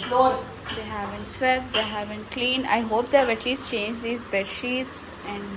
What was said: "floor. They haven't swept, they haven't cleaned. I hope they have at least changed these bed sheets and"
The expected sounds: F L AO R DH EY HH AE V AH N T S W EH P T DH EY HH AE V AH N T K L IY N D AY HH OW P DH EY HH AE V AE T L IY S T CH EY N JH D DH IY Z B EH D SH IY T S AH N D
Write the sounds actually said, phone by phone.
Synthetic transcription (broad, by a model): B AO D EY HH AE V AH N T S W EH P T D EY HH AE V AH N T K L IY N AY HH OW P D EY HH AE V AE T L IY S T CH EY N JH D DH IY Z B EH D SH IY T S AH N D